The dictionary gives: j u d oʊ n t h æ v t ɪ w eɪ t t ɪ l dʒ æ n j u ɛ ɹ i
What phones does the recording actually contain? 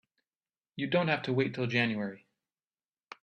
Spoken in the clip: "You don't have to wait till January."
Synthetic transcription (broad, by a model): j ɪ d oʊ n t h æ f t ɪ w eɪ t t ɪ l dʒ æ n j u ɛ ɹ i